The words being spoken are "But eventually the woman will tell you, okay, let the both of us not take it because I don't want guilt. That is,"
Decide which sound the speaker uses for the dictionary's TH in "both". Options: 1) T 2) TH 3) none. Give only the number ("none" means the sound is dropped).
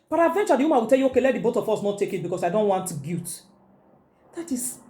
1